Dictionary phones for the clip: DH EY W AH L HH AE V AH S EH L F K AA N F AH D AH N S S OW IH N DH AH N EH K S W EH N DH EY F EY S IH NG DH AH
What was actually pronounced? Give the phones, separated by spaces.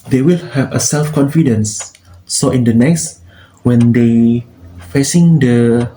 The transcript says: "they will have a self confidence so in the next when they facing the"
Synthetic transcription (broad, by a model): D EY W AH L HH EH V AH S EH L F K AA N F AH D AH N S S OW IH N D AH N EH K S W EH N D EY F EY S IH NG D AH